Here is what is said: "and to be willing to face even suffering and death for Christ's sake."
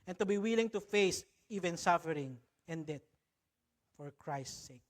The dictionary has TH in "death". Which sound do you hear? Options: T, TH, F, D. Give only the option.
T